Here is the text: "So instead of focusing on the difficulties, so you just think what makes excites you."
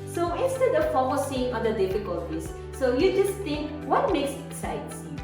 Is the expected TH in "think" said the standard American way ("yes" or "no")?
no